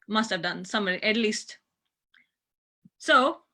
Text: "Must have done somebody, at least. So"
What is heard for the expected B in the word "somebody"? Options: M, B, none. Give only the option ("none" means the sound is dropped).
none